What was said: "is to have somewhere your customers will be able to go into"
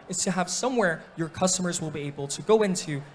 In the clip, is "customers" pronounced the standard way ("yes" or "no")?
yes